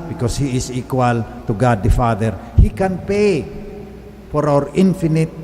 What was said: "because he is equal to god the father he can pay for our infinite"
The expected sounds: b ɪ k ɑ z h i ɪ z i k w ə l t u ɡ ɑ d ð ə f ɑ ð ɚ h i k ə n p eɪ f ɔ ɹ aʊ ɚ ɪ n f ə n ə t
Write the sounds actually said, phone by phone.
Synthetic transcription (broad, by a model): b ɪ k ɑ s h i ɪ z i k w ə l t u ɡ ɑ d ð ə f ɑ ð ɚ h i k ə n p eɪ f ɔ ɹ aʊ ɚ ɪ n f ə n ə t